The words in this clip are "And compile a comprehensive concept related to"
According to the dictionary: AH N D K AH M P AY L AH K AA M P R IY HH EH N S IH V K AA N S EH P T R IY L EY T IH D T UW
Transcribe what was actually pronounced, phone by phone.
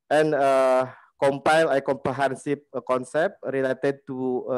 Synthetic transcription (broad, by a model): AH N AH K AH M P AY L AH K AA M P R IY HH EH N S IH P K AA N S EH P T R IY L EY T IH D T UW